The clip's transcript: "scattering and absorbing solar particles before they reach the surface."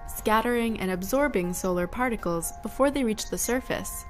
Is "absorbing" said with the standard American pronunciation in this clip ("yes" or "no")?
yes